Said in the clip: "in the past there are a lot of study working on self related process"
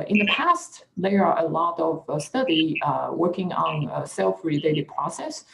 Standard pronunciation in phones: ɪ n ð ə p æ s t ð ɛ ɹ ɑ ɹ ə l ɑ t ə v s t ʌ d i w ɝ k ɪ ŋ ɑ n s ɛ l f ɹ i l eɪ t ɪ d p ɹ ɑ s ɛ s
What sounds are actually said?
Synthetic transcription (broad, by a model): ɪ n ð ə p æ s t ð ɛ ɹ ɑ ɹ ə l ɑ t ə v s t ʌ d i w ɝ k ɪ ŋ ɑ n s ɛ l f ɹ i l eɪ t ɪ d p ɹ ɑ s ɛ s